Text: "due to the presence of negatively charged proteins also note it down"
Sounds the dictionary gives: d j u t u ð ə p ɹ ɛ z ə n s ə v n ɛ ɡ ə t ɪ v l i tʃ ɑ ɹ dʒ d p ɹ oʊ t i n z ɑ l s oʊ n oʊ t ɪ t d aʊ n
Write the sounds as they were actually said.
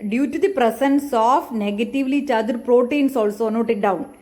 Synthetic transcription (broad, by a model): d j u t u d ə p ɹ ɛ s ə n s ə f n ɛ ɡ ə t ɪ v l i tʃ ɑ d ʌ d p ɹ oʊ t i n s ɑ l s oʊ n oʊ t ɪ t d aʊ n